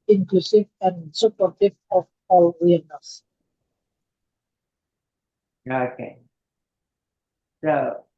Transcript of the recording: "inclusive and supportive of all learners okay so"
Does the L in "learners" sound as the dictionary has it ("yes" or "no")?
no